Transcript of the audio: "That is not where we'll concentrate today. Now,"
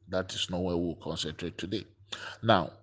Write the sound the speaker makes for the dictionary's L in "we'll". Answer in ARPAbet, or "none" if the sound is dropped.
W